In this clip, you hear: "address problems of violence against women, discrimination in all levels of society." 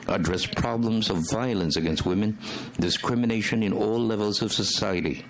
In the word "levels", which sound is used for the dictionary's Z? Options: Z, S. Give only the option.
Z